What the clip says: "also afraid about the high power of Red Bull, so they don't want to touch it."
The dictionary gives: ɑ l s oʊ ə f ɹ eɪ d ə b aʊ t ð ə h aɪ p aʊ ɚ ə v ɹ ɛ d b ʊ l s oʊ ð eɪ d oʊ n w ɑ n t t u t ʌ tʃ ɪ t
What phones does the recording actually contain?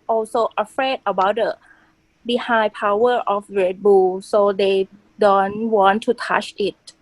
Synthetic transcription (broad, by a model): ɑ l s oʊ ə f ɹ eɪ d ə b aʊ t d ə h aɪ p aʊ ɚ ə f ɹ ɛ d b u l s oʊ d eɪ d oʊ n w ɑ n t t u t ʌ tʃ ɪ t